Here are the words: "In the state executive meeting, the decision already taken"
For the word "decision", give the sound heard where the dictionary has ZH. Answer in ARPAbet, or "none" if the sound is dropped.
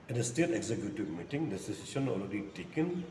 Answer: S